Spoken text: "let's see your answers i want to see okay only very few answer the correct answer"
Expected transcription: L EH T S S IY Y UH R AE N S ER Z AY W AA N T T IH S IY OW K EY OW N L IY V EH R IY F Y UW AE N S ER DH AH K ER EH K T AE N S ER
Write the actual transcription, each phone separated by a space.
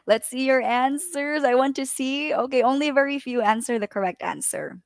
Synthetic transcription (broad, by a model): L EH T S S IY Y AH R AE N S ER Z AY W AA N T T IH S IY OW K EY OW N L IY V EH R IY F Y UW AE N S ER DH AH K ER EH K T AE N S ER